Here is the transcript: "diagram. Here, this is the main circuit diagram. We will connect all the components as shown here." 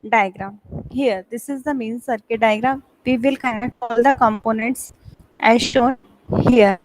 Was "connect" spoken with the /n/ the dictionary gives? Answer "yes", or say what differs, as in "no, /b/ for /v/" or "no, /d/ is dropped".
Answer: no, /n/ is dropped